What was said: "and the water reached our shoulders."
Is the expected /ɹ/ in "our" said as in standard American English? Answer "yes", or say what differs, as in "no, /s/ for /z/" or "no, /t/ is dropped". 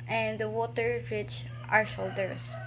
yes